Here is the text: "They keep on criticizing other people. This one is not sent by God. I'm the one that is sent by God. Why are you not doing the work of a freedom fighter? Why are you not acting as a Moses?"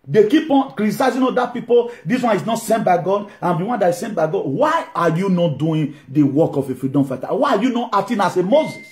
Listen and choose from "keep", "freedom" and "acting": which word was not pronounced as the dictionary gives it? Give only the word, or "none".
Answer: acting